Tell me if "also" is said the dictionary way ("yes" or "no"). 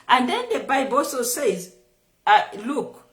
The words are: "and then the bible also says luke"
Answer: no